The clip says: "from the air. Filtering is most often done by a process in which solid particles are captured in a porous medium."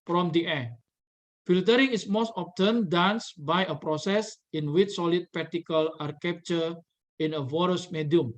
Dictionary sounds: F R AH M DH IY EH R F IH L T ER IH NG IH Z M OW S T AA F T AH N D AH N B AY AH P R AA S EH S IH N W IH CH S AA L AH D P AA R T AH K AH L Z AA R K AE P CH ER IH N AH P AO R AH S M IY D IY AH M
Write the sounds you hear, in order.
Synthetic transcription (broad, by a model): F R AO M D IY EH F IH L T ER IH NG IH S M OW S T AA P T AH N D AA N B AY AH P R AA S EH S IH N W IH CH S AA L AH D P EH T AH K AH L AA R K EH P CH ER IH N AH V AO R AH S M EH D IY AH M